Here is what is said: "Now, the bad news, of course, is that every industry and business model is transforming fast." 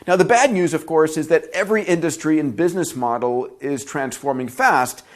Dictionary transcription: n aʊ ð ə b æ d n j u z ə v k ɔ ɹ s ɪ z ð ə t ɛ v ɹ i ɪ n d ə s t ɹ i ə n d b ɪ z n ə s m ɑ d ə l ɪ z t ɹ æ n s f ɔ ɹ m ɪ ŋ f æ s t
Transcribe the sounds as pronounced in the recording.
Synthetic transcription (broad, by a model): n aʊ ð ə b æ d n j u z ə v k ɔ ɹ s ɪ z ð ə t ɛ v ɹ i ɪ n d ə s t ɹ i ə n b ɪ z n ə s m ɑ d l ɪ z t ɹ æ n s f ɔ ɹ m ɪ ŋ f æ s t